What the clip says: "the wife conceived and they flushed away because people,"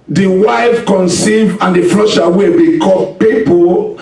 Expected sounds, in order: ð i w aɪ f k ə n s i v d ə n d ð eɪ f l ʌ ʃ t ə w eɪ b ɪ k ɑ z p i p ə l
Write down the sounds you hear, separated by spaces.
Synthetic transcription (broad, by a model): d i w aɪ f k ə n s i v ə n d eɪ f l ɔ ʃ ə w eɪ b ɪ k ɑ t p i p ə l